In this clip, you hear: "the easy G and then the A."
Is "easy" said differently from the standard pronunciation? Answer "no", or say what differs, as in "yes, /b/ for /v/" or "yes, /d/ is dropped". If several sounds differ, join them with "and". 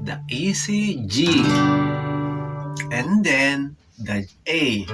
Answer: yes, /s/ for /z/